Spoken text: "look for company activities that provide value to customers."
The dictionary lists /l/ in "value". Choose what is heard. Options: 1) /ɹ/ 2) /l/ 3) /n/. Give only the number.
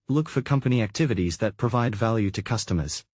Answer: 2